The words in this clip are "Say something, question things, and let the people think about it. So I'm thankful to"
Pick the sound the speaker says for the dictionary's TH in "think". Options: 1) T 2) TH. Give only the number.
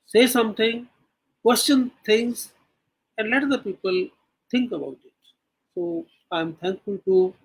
1